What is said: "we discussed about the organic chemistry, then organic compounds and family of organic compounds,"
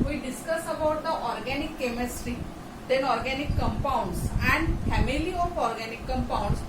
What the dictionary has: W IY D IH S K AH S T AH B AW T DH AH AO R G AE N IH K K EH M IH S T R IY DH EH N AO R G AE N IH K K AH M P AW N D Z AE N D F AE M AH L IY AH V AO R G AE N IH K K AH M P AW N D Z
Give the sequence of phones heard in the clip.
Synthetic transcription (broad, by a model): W IY D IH S K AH S AH B AW T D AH AO R G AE N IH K K EH M IH S T R IY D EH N AO R G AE N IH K K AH M P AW N D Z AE N D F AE M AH L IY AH F AO R G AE N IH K K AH M P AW N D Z